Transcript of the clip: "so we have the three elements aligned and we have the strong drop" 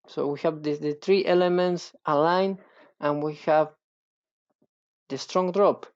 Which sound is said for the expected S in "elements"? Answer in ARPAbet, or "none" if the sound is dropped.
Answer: S